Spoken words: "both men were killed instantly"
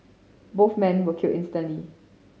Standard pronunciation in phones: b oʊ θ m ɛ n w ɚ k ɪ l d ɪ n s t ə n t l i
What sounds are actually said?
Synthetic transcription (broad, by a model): b oʊ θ m ɛ n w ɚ k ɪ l ɪ n s t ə n l i